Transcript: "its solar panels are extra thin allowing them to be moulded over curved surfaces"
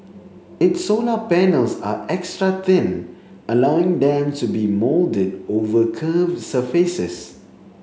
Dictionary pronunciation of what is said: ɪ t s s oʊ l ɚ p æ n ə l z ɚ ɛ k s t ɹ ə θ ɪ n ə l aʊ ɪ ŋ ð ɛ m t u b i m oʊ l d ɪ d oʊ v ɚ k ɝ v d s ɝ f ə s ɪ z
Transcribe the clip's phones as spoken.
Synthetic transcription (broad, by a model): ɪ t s s oʊ l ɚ p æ n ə l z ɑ ɛ k s t ɹ ə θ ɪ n ə l aʊ ɪ ŋ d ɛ m t u b i m oʊ l d ɪ d oʊ v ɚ k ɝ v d s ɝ f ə s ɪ s